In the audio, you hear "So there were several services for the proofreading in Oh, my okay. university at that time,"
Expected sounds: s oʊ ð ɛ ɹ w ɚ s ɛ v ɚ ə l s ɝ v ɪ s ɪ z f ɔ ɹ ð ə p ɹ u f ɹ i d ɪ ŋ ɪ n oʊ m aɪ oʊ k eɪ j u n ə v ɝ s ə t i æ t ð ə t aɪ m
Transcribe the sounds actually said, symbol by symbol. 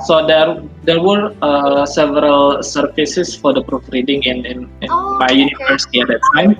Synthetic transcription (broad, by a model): s oʊ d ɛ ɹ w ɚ s ɛ v ɚ ə l s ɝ f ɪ s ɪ s f ɔ ɹ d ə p ɹ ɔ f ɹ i d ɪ ŋ ɪ n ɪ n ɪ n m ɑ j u n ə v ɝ s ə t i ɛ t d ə t aɪ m